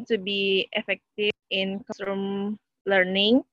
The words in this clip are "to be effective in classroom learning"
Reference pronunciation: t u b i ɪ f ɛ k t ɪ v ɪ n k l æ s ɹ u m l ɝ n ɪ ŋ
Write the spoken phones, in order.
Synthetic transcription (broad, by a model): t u b i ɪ f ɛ k t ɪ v ɪ n k ɔ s u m l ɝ n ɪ ŋ